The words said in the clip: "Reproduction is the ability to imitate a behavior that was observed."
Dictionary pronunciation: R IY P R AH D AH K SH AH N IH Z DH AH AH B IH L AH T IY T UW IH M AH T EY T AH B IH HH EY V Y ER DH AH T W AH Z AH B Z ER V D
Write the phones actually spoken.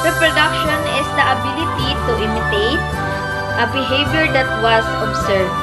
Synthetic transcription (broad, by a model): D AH P R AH D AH K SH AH N IH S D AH AH B IH L AH T IY T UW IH M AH T EY T AH B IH HH EY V Y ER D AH T W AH S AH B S ER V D